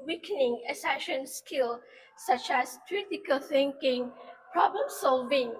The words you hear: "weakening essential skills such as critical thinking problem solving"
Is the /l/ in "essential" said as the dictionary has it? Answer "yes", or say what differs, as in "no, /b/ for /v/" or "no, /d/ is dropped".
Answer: no, /n/ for /l/